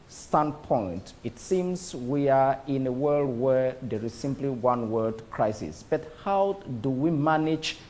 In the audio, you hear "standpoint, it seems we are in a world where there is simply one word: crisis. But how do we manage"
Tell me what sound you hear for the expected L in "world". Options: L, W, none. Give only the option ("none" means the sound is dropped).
L